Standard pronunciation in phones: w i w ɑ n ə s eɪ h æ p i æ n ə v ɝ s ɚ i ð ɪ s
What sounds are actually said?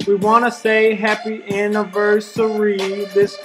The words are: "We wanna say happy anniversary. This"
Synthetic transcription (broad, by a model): w i w ɑ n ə s eɪ h æ p i æ n ə v ɝ s ɚ i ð ɪ s